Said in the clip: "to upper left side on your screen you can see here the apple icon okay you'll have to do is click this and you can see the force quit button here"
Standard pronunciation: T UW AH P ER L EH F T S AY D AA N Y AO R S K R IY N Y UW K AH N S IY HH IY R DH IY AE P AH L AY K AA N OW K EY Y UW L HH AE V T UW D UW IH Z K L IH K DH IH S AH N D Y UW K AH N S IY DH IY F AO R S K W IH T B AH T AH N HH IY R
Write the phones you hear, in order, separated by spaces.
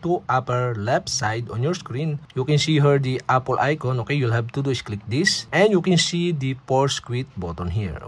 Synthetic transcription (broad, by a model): T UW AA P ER L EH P S AY D AA N Y AO R S K R IY N Y UW K AH N S IY HH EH R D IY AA P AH L AY K AA N OW K EY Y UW L HH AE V T UW D UW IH S K L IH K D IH S AH N D Y UW K AH N S IY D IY P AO R S K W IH T B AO T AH N HH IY R